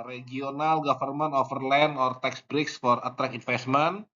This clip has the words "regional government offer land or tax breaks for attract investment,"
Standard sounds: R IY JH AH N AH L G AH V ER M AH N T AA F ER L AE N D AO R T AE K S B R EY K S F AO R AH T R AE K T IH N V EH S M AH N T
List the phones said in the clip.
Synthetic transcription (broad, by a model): R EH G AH N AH L G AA F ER M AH N AA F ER L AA N AO R T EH K S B R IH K S F AO R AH T R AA K IH N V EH S M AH N